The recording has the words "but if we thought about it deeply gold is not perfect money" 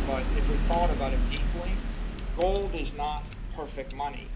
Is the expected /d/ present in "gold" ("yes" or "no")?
yes